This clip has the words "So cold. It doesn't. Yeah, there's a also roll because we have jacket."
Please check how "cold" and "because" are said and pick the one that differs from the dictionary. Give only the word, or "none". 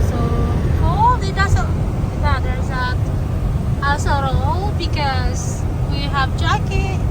cold